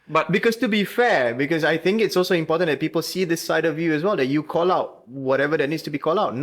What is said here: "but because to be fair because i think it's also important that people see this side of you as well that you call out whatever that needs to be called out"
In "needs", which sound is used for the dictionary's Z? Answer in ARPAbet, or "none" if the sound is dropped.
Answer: S